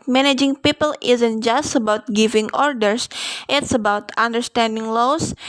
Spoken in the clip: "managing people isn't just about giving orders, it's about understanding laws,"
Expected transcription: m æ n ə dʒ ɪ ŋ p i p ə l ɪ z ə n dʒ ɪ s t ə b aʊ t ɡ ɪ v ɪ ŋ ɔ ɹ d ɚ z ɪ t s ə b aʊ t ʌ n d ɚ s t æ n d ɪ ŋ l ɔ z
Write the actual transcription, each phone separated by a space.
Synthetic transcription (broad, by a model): m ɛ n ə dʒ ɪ ŋ p i p ə l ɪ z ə n dʒ ɪ s t ə b aʊ t ɡ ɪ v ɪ ŋ ɔ ɹ d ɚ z ɪ t s ə b aʊ t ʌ n d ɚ s t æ n d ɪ ŋ l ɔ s